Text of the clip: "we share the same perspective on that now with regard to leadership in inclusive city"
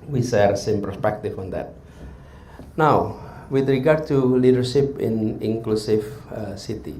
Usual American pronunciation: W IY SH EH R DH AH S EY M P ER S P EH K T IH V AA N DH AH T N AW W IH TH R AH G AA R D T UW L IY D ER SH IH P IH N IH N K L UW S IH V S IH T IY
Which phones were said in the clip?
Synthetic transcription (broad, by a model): W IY S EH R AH S EY M P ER S P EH K T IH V AA N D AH T N AW W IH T R AH G AA R D T UW L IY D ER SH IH P IH N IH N K L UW S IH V S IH T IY